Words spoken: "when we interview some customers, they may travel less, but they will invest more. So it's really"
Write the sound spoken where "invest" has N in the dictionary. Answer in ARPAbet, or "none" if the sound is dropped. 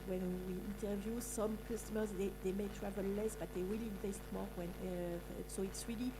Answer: N